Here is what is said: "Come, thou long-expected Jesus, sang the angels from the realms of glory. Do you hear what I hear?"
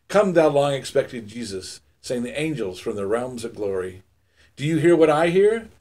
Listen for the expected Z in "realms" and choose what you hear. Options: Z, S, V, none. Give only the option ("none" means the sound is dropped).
Z